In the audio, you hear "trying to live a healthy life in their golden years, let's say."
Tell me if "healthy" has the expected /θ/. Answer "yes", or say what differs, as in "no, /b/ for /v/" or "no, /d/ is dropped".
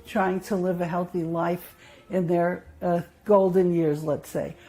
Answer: yes